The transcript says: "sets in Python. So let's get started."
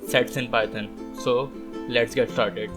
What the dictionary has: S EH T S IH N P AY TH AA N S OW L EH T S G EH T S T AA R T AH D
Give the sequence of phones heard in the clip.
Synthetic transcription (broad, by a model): S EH T S IH N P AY T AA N S OW L EH T S G EH T S T AA R T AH D